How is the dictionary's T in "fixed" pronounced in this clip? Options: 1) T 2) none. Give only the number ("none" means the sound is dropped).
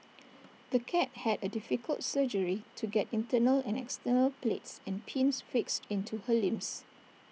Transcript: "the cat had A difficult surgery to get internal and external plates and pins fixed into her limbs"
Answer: 1